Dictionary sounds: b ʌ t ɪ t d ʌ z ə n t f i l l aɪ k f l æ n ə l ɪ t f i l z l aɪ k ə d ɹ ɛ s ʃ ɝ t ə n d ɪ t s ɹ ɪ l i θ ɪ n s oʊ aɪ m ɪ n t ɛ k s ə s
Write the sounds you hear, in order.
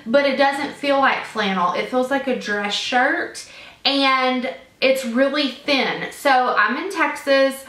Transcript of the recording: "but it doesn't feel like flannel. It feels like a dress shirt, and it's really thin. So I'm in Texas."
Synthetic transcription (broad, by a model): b ʌ t ɪ t d ʌ z ə n t f i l l aɪ k f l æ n l ɪ t f i l z l aɪ k ə d ɹ ɛ s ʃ ɝ t ə n d ɪ t s ɹ ɪ l i θ ɪ n s oʊ aɪ m ɪ n t ɛ k s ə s